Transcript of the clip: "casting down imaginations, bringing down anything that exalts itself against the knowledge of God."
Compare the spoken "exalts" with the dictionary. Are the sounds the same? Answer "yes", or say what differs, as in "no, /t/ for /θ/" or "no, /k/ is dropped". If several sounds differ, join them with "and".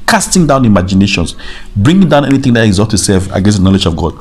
no, /l/ is dropped and /s/ is dropped